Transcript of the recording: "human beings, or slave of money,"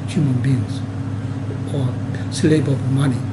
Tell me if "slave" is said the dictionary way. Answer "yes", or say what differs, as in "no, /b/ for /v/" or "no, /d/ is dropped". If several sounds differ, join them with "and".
no, /b/ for /v/